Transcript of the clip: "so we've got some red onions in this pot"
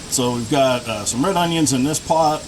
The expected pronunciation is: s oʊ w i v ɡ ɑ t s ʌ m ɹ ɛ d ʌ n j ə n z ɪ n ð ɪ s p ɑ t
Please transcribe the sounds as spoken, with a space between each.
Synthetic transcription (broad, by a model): s oʊ w i v ɡ ɑ t s ʌ m ɹ ɛ d ʌ n j ə n z ɪ n ð ɪ s p ɑ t